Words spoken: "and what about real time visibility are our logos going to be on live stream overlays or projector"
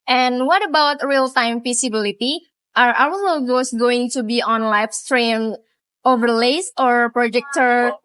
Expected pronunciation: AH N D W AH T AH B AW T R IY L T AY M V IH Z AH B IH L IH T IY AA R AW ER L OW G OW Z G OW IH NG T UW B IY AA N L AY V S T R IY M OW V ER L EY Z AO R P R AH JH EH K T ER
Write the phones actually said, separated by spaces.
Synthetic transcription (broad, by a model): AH N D W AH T AH B AW T R IY L T AY M F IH S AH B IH L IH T IY AA R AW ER N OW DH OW S G OW IH NG T UW B IY AA N L AY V S T R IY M OW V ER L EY S AO R P R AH JH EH K T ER